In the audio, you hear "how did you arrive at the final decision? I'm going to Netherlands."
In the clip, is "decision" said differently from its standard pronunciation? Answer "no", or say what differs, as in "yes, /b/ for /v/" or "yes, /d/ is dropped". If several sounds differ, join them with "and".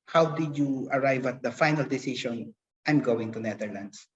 yes, /ʃ/ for /ʒ/